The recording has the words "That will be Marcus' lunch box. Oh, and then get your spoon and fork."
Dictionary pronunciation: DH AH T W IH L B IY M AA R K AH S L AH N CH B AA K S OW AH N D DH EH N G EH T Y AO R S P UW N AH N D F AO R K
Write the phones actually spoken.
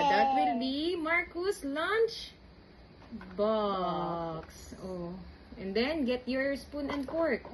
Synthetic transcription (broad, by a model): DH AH T W IH L B IY M AA R K AH S L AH N CH B AA K S OW AH N D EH N G EH T Y AO R S P UW N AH N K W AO R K